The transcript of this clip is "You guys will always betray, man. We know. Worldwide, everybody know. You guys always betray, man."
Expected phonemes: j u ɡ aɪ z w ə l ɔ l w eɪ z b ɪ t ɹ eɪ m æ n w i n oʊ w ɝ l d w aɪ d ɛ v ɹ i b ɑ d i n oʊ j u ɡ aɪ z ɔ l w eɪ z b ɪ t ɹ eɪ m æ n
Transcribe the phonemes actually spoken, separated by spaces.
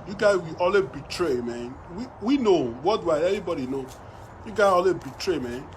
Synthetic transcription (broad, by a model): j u ɡ aɪ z w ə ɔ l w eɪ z b ɪ t ɹ eɪ m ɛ n w i n oʊ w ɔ d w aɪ ɛ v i b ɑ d i n oʊ j u ɡ aɪ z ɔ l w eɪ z b ɪ t ɹ eɪ m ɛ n